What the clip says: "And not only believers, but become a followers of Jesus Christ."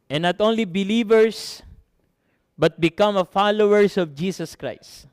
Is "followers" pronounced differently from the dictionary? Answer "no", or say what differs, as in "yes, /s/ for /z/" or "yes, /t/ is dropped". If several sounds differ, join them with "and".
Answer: yes, /s/ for /z/